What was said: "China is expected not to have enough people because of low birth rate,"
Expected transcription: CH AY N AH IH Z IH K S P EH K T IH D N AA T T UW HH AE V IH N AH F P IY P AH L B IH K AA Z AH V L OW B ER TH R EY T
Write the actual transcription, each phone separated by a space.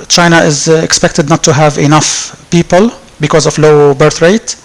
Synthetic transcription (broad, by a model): CH AY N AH IH Z IH K S P EH K T IH D N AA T T UW HH AE V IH N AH F P IY P AH L B IH K AA Z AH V L OW B ER TH R EY T